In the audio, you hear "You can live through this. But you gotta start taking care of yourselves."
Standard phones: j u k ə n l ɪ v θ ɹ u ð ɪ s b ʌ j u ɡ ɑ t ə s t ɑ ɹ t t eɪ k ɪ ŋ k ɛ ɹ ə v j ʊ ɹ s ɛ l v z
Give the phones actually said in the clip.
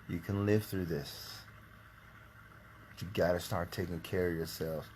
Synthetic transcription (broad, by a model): j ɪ k ə n l ɪ v θ ɹ u ð ɪ s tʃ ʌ ɡ ɑ t ə s t ɑ ɹ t t eɪ k ɪ ŋ k ɛ ɹ ə v j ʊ ɹ s ɛ l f